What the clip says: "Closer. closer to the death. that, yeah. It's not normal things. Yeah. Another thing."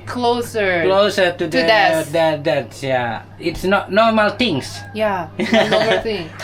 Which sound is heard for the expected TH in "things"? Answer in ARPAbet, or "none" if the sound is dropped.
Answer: T